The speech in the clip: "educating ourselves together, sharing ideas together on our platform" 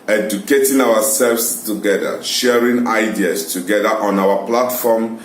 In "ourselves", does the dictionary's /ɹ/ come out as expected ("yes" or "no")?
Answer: no